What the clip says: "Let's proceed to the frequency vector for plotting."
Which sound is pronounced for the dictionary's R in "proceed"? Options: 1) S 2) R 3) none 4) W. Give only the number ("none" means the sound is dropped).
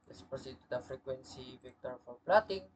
3